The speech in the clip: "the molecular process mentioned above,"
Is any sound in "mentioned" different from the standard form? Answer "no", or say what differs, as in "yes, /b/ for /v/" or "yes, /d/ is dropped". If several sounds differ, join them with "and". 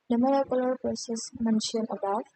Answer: yes, /d/ is dropped